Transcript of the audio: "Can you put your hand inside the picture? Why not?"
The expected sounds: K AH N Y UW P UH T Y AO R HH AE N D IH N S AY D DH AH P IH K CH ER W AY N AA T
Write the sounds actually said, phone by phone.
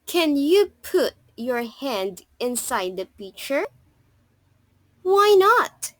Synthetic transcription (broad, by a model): K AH N Y UW P UH T Y AO R HH AE N D IH N S AY D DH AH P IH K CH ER W AY N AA T